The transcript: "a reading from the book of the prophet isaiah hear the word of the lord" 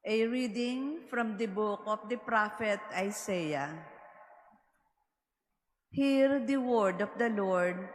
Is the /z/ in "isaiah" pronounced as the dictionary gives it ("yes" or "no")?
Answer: no